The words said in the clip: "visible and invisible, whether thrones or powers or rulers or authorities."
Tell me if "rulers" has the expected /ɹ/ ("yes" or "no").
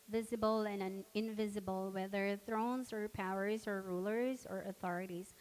yes